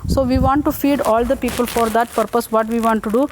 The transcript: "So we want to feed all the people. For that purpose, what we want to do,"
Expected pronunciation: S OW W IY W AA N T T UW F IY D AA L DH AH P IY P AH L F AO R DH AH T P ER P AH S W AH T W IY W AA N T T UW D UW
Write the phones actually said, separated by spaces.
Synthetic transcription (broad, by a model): S OW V IY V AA N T T UW F IY D AA L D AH P IY P AH L F AO R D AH T P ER P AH S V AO T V IY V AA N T T UW D UW